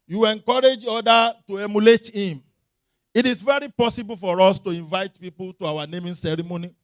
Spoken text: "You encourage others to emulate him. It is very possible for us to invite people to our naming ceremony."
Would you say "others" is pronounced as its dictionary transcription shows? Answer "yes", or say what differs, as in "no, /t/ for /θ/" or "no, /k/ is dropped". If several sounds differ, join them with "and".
no, /z/ is dropped